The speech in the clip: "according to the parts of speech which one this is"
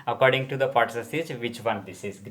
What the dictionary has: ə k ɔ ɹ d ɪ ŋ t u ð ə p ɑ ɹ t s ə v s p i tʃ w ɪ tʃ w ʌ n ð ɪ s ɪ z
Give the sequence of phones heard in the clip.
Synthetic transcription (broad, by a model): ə k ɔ ɹ d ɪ ŋ t u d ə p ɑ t s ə s i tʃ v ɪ tʃ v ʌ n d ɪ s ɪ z